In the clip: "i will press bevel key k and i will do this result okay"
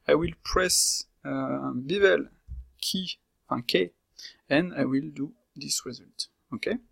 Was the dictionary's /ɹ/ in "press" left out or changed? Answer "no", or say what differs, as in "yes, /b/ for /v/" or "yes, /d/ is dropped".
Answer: no